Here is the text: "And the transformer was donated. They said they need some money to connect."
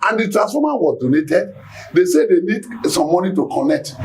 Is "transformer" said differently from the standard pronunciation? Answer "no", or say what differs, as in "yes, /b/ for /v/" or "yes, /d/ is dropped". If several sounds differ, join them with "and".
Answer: yes, /n/ is dropped and /f/ is dropped